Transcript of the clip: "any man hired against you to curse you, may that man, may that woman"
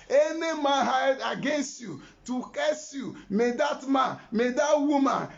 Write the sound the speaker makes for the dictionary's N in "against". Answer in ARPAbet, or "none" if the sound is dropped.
N